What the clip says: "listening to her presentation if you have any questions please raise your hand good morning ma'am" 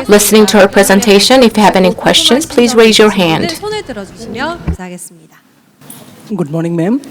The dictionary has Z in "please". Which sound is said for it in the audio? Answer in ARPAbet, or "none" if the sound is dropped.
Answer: Z